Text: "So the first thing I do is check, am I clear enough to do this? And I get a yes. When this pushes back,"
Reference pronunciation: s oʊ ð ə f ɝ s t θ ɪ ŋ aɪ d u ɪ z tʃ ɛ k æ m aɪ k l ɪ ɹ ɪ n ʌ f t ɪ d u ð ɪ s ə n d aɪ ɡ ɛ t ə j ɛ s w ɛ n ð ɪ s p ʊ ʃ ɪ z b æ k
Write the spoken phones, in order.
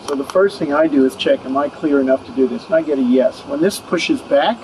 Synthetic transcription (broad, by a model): s oʊ ð ə f ɝ s t θ ɪ ŋ aɪ d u ɪ z tʃ ɛ k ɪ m aɪ k l ɪ ɹ ɪ n ʌ f t ɪ d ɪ ð ɪ s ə n aɪ ɡ ɛ t ə j ɛ s w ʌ n ð ɪ s p ʊ ʃ ɪ z b æ k